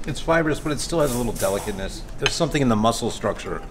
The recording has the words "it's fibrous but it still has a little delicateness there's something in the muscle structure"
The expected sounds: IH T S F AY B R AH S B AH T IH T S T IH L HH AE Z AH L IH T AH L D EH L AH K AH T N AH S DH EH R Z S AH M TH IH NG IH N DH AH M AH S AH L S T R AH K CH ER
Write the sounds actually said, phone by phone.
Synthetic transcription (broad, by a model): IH T S F AY B R AH S B AH T IH T S T IH L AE Z AH L IH T L D EH L AH K AH T N AH S DH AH R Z S AH M TH IH NG IH N DH AH M AH S L S T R AH K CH ER